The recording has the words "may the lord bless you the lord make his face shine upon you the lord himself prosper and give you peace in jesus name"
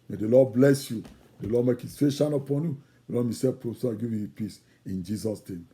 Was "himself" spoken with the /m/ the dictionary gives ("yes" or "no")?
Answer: no